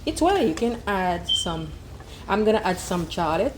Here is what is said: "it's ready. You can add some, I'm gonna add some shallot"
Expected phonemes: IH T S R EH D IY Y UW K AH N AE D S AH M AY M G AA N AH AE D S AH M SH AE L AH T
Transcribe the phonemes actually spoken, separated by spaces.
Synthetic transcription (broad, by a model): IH T S W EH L Y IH K AH N AE D S AH M AY M G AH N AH AE D S AH M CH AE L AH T